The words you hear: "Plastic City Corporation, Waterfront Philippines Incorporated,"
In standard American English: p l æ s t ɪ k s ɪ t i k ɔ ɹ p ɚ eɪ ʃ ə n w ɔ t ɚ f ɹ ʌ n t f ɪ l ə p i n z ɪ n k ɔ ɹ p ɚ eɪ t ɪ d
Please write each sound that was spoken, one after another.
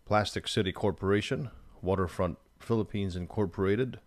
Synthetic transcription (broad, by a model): p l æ s t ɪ k s ɪ t i k ɔ ɹ p ɚ eɪ ʃ ə n w ɔ t ɚ f ɹ ʌ n t f ɪ l ə p i n z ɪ n k ɔ ɹ p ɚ eɪ t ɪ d